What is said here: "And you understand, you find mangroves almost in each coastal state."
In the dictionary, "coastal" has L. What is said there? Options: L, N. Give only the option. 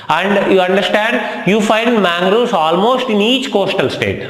L